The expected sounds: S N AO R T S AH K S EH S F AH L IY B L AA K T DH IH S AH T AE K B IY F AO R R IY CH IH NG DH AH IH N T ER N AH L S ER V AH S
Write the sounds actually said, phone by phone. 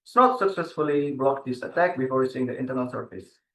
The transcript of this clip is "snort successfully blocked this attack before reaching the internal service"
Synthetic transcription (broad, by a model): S N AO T S AH K S EH S F AH L IY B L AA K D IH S AH T AE K B IY F AO R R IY S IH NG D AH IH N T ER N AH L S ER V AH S